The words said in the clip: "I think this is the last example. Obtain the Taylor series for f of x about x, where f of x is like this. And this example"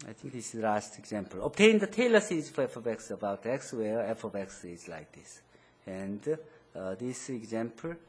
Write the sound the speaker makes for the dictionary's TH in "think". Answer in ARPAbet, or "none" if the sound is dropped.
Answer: T